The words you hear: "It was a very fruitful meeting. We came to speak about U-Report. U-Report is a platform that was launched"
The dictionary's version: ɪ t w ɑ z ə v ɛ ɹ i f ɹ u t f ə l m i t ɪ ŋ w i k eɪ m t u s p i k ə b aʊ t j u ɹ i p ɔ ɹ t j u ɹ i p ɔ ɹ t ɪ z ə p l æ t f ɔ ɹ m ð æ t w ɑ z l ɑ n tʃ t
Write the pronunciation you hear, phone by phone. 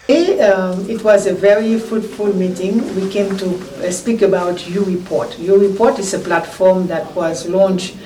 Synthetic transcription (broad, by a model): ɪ t w ɑ z ə v ɛ ɹ i f u t f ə l m i t ɪ ŋ w i k eɪ m t u s p i k ə b aʊ t j u ɹ i p ɔ ɹ t j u ɹ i p ɔ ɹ t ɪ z ə p l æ t f ɔ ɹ m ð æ t w ɑ z l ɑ n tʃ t